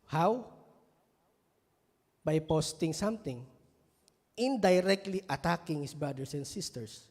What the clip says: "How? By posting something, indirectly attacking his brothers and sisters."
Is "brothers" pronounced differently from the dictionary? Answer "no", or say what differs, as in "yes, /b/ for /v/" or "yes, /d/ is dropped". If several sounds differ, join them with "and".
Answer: yes, /s/ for /z/